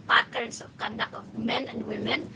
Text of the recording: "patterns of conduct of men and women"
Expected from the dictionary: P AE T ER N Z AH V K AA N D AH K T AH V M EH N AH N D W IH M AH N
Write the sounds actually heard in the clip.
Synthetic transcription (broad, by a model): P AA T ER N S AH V K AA N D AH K AH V M EH N AH N D W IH M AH N